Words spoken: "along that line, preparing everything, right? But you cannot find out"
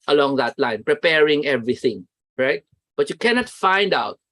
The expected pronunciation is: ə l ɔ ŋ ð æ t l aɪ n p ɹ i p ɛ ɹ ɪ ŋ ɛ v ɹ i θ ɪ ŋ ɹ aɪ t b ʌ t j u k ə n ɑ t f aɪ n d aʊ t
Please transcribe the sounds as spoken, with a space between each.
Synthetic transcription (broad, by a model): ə l ɔ ŋ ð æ t l aɪ n p ɹ i p ɛ ɹ ɪ ŋ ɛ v ɹ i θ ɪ ŋ ɹ aɪ t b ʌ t j u k ə n ɑ t f aɪ n d aʊ t